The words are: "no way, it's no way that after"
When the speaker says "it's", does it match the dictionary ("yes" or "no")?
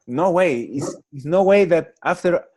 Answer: no